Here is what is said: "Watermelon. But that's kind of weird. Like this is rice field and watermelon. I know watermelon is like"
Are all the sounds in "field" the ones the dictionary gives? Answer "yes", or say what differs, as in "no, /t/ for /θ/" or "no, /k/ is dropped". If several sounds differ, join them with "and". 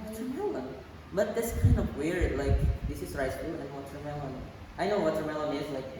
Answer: no, /d/ is dropped